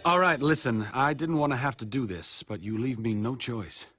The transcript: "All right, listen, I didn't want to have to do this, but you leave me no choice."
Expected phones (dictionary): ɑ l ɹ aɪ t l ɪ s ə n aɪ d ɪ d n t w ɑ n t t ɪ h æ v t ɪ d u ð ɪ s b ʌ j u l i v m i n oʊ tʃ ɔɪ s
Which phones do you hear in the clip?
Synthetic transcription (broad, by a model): ɑ l ɹ aɪ t l ɪ s ə n aɪ d ɪ d n t w ɑ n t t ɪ h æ f t ɪ d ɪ ð ɪ s b ʌ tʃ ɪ l i v m i n oʊ tʃ ɔɪ s